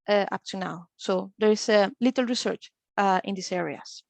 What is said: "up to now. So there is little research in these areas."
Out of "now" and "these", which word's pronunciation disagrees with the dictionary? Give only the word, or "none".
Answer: these